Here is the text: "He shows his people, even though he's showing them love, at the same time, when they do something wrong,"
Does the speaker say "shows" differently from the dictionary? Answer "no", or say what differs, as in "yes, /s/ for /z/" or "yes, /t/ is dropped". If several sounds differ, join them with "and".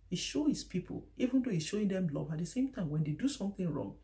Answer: yes, /z/ is dropped